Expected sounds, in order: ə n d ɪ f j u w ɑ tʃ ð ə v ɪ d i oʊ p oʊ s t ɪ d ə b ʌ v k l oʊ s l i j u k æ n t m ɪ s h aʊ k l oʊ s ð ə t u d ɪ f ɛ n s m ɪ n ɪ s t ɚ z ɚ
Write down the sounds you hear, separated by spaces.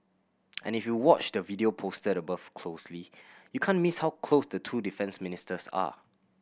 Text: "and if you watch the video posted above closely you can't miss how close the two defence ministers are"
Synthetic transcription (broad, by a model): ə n ɪ f j u w ɑ tʃ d ə v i d i oʊ p oʊ s t ɪ d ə b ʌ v k l oʊ s l i j u k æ n m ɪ s h aʊ k l oʊ s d ə t u d ɪ f ɛ n s m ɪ n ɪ s t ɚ s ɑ